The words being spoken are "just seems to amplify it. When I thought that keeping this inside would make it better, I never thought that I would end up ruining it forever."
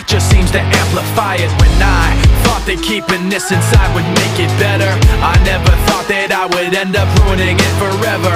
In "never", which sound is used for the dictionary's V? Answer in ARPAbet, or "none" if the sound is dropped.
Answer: V